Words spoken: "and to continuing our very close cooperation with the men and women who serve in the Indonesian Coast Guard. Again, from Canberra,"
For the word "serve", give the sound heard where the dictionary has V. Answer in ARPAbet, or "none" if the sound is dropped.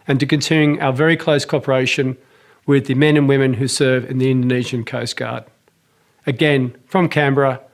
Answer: V